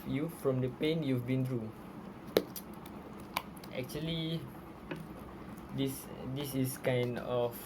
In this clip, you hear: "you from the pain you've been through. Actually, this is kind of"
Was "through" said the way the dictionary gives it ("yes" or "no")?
no